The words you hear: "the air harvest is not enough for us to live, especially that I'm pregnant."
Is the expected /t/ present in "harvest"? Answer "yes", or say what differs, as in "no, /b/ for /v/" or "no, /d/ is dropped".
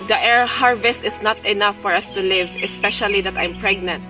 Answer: yes